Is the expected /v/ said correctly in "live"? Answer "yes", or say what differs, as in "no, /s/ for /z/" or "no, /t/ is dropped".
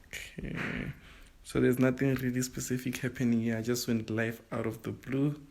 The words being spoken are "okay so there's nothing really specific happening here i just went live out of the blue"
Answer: no, /f/ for /v/